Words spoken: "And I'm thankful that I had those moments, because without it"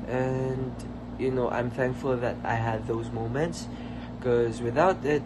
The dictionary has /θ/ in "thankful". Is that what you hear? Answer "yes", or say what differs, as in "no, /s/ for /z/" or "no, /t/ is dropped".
yes